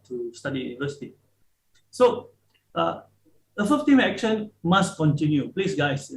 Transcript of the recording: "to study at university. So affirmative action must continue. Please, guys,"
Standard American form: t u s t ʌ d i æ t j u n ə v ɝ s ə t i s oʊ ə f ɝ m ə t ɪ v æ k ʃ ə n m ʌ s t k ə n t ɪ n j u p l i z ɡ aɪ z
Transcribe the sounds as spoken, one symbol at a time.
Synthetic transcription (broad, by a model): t u s t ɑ d i j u n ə v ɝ s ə t i s oʊ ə f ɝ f t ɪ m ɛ k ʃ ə n m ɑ s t k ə n t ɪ n j u p l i s ɡ aɪ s